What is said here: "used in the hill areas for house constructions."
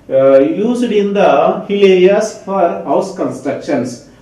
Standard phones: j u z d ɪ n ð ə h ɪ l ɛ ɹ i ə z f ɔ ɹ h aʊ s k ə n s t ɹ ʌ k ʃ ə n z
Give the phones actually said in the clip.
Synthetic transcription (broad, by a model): j u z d ɪ n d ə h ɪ l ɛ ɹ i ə s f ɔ ɹ h aʊ s k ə n s t ɹ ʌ k ʃ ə n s